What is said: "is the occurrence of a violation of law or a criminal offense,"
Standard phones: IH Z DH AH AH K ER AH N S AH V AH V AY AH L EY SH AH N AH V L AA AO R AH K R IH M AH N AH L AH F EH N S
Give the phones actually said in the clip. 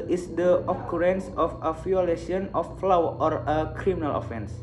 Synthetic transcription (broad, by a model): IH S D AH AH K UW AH N S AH F AH F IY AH L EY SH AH N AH F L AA AO R AH K R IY M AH N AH L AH F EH N S